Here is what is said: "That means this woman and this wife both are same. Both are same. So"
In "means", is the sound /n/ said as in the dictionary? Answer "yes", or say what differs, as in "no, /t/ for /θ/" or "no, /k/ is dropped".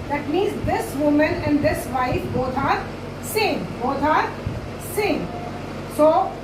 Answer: no, /n/ is dropped